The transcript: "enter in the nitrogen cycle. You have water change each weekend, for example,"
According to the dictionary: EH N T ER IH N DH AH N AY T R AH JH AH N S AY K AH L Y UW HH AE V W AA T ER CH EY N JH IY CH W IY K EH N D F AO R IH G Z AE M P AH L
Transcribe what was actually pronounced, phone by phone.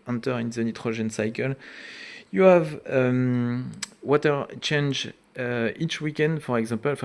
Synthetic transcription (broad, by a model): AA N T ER IH N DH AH N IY T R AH ZH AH N S AY K AH L Y UW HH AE V W AA T ER CH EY N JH IY CH W IY K EH N D F AO R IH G Z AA P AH L